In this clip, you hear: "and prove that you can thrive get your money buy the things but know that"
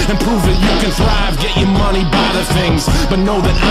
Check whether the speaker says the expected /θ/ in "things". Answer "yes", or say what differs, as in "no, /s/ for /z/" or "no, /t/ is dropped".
yes